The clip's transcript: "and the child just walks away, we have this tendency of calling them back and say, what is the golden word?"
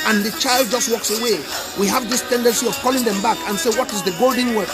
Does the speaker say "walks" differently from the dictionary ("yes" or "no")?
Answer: no